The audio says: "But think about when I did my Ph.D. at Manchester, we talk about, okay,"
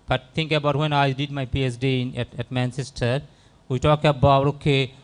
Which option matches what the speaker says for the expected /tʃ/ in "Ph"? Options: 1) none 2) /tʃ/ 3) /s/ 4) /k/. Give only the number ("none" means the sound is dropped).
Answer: 3